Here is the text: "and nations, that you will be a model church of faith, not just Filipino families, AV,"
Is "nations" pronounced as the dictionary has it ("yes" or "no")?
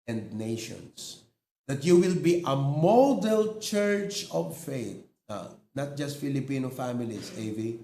no